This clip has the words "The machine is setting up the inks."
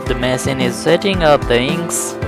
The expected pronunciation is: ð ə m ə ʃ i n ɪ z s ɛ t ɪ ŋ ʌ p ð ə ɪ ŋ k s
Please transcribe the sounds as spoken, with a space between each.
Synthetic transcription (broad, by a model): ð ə m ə s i n ɪ z s ɛ t ɪ ŋ ʌ p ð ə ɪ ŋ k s